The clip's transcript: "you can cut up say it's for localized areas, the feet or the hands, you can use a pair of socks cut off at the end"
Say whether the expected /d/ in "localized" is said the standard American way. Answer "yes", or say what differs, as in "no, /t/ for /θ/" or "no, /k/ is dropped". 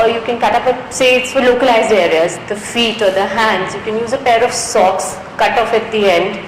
yes